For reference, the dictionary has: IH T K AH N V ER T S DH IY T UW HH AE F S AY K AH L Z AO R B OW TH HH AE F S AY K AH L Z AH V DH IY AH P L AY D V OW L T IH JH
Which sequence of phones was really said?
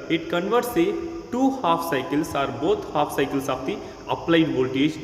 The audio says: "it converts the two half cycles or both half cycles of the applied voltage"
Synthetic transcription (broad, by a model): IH T K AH N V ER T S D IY T UW HH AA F S AY K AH L S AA R B OW T HH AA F S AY K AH L S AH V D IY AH P L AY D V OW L T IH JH